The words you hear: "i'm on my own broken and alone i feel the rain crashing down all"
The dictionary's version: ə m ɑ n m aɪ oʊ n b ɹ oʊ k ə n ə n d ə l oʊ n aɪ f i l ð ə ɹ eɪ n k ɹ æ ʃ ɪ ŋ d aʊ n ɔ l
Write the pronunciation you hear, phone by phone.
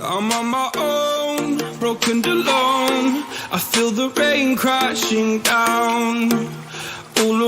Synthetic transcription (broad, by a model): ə m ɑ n m aɪ oʊ n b ɹ oʊ ə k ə n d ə l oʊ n aɪ f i l ð ə ɹ eɪ n k ɹ æ ʃ ɪ ŋ d aʊ n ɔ l